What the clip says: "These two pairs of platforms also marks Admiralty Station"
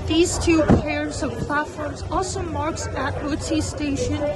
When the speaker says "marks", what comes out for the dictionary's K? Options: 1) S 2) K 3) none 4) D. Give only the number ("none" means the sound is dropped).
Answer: 2